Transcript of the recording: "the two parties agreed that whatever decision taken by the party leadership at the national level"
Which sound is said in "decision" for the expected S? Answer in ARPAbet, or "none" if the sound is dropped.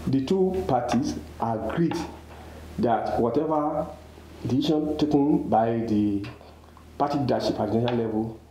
none